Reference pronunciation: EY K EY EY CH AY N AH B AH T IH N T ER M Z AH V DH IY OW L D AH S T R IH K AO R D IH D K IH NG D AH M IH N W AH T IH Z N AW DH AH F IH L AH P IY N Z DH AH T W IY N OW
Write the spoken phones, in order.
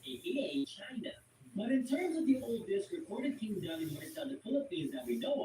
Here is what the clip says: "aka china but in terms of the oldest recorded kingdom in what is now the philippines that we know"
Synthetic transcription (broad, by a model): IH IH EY CH AY N AH B AH T IH N T ER M Z AH V DH IY OW L D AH S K R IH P AO R D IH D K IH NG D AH IH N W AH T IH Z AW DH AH F IH L AH P IY N Z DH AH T W IY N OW